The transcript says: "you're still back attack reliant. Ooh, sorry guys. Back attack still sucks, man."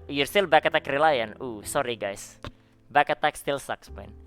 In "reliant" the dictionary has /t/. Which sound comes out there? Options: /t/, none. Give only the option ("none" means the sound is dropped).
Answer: none